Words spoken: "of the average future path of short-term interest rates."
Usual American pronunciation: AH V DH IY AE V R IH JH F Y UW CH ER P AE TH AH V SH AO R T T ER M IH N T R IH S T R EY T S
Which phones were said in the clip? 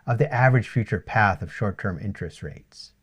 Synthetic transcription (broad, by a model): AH V DH IY AE V R IH JH F Y UW CH ER P AE TH AH V SH AO R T T ER M IH N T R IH S T R EY T S